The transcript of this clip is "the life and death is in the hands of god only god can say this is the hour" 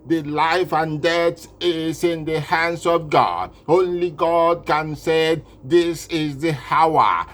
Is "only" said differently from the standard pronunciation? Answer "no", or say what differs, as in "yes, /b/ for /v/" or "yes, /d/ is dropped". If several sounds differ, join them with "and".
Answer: no